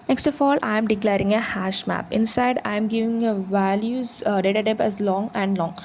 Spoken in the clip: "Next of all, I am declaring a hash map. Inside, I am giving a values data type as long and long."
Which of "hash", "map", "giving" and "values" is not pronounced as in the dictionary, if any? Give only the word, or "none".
none